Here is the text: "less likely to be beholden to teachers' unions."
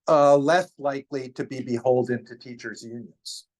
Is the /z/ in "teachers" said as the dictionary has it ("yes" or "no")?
yes